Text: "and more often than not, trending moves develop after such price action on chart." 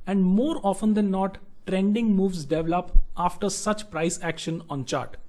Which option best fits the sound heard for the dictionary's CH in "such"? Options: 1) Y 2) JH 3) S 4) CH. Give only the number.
4